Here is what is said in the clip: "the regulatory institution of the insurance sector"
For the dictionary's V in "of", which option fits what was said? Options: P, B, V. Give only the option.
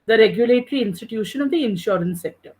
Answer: V